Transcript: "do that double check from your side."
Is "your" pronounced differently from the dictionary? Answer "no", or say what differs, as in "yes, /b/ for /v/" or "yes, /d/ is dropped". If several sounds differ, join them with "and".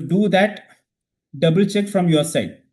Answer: no